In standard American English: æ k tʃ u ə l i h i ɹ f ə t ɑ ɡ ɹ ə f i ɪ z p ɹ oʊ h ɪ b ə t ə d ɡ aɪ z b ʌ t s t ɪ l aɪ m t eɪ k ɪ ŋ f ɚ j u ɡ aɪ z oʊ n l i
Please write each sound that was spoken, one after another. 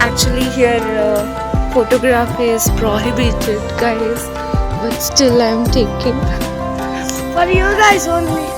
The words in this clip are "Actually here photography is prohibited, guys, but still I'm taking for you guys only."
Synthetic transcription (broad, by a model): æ k tʃ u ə l i h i ɹ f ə t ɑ ɡ ɹ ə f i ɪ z p ɹ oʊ h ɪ b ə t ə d ɡ aɪ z b ʌ t s t ɪ l aɪ m t eɪ k ɪ ŋ p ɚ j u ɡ aɪ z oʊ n